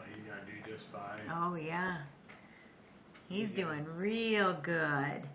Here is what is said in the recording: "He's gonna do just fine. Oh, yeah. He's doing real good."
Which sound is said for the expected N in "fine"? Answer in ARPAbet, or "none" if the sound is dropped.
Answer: none